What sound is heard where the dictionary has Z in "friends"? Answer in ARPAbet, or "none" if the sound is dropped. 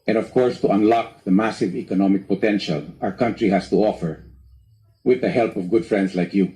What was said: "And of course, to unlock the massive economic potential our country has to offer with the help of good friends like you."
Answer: S